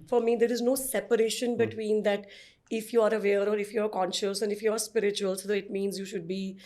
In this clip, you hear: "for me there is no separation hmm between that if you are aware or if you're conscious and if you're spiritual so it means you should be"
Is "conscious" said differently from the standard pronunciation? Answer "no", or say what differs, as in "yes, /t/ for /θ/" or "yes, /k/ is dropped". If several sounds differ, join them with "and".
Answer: no